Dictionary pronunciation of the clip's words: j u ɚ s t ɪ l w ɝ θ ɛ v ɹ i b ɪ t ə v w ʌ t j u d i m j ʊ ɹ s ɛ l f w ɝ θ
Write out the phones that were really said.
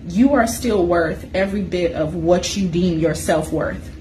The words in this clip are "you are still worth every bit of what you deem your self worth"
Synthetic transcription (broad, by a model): j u ɚ s t ɪ l w ɝ θ ɛ v ɹ i b ɪ t ə v w ʌ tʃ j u d i m j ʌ ɹ s ɛ l f w ɝ θ